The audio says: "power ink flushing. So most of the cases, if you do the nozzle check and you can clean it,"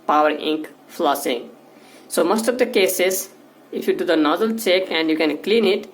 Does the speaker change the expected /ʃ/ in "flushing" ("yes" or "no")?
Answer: yes